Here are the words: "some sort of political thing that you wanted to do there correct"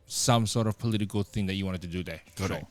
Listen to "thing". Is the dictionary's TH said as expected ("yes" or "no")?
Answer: yes